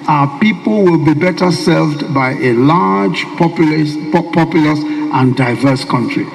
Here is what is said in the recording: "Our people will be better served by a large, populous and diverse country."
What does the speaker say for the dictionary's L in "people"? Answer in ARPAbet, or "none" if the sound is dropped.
L